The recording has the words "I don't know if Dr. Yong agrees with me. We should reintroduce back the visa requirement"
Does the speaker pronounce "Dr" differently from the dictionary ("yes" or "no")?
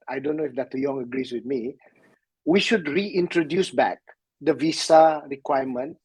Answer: yes